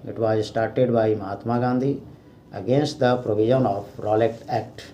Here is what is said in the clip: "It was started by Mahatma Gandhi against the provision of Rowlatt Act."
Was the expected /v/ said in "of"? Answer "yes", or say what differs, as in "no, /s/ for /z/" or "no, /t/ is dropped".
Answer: no, /p/ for /v/